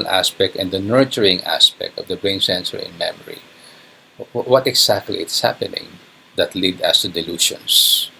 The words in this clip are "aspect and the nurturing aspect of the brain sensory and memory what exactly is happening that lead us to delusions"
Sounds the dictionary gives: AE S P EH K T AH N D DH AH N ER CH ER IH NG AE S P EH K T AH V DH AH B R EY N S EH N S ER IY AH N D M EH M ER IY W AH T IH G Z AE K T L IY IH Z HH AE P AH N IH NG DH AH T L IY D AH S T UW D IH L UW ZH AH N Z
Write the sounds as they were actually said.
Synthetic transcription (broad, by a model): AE S P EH K T AH N D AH N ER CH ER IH NG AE S P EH K T AH V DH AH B R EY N S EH N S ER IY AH N M EH M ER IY W AH T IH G S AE K T L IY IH S HH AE P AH N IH NG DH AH T L IY D AH S T UW D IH L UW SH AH N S